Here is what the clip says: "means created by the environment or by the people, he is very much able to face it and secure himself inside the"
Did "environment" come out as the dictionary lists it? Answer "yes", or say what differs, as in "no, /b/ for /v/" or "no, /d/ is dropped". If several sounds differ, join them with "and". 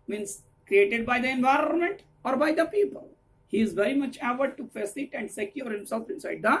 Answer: yes